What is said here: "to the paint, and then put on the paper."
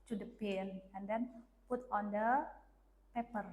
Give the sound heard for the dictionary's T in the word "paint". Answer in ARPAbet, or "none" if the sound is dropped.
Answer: none